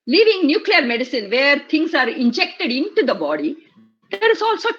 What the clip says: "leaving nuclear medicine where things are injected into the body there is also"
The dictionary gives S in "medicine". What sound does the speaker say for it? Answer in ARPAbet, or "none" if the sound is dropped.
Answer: S